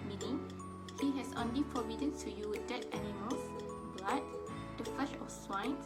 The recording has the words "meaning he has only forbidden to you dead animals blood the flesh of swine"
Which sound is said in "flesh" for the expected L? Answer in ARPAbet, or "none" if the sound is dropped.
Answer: none